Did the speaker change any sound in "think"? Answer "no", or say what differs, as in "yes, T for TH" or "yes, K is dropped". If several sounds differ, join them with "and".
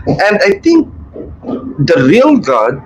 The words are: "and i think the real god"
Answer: yes, T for TH